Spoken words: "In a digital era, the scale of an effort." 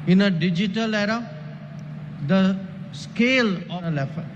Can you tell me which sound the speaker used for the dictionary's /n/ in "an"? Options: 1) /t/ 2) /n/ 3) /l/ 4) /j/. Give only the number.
3